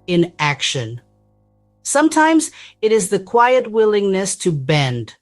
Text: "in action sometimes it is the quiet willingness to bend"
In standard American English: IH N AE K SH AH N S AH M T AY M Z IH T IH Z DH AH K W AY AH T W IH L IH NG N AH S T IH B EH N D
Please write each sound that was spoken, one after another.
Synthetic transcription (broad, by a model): IH N AE K SH AH N S AH M T AY M Z IH T IH Z DH AH K W AY AH T W IH L IH NG N AH S T IH B EH N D